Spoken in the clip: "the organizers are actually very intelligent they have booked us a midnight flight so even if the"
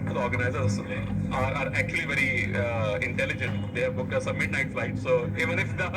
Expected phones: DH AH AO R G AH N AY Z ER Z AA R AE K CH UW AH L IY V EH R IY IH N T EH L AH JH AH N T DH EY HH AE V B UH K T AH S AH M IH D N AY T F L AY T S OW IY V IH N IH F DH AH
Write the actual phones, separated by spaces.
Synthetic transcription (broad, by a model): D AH AO R G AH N AY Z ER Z AA R AE K CH UW AH L IY V EH R IY IH N T EH L AH JH AH N T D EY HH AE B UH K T AH S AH M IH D N AY T F L AY T S OW IY V IH N IH F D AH